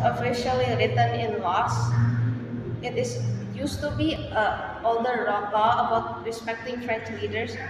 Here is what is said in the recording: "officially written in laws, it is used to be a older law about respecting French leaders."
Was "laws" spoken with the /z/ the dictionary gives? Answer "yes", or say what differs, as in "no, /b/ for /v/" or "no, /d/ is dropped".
no, /s/ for /z/